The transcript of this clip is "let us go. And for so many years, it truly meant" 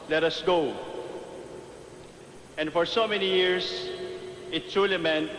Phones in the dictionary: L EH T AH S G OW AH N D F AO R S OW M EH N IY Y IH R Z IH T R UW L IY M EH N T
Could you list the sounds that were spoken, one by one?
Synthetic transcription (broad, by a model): L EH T AH S G OW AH N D F AO R S OW M EH N IY Y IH R S IH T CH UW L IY M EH N